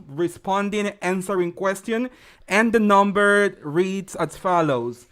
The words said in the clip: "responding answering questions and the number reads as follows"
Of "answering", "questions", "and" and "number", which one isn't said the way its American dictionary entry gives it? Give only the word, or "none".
questions